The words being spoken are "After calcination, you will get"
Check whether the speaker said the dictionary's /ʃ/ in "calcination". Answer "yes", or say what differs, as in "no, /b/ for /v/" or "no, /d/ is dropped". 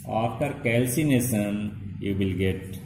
no, /s/ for /ʃ/